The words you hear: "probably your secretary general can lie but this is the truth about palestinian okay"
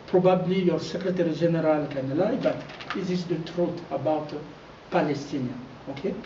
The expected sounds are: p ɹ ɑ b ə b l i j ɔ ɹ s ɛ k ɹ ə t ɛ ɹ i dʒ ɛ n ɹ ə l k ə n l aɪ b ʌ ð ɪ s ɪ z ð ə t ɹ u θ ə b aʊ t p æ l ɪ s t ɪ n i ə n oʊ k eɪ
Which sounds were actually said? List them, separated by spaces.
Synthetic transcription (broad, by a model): p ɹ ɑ b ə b l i j ɔ ɹ s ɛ k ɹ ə t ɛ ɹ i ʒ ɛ n ɹ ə l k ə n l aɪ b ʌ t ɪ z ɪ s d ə t ɹ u t ə b aʊ t p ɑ l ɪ s t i n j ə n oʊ k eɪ